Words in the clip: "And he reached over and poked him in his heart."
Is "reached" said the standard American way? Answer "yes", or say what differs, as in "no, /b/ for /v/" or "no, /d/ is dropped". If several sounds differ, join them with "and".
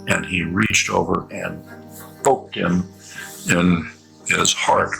yes